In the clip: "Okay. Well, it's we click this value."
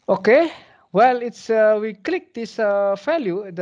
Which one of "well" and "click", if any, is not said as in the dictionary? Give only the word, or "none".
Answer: none